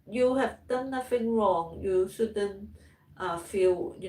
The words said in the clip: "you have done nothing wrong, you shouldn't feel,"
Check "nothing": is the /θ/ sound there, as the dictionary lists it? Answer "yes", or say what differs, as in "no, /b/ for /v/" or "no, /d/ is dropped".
no, /f/ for /θ/